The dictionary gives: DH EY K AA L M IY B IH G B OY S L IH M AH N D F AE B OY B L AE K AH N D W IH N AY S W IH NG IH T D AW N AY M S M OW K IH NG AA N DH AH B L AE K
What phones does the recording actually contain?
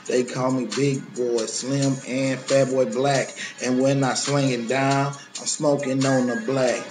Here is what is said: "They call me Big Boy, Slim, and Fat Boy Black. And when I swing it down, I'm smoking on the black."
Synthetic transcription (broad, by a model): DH EY K AA L M IY B IH G B OY S L IH M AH N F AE B OY B L AE K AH N W IH N AY S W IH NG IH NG D AW N AY M S M OW K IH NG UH N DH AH B L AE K